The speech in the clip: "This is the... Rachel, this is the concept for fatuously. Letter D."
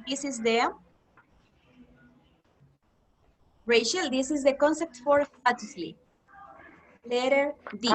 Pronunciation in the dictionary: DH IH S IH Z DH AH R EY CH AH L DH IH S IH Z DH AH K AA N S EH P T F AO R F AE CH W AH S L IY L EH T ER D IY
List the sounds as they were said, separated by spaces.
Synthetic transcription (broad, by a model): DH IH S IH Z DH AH R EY SH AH L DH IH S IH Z DH AH K AA N S EH P T F AO R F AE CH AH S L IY L EH T ER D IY